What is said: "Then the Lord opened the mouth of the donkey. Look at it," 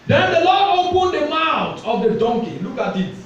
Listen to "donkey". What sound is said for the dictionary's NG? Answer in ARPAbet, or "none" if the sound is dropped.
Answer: NG